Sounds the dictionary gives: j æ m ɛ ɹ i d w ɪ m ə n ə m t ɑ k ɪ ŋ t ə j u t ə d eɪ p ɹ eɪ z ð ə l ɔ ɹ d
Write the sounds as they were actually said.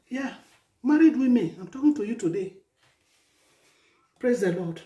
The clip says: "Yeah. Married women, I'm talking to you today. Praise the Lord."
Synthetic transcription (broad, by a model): j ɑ m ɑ ɹ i d w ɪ m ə ə m t ɑ k ɪ ŋ t ə j u t ə d eɪ p ɹ eɪ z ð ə l ɔ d